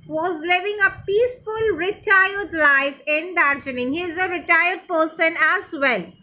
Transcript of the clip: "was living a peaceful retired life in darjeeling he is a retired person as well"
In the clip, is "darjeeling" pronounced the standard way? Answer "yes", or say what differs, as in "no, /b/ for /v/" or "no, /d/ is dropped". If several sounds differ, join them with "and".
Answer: no, /n/ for /l/